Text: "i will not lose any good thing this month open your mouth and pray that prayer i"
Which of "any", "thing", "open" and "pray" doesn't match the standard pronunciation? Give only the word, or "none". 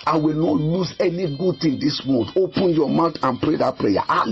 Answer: thing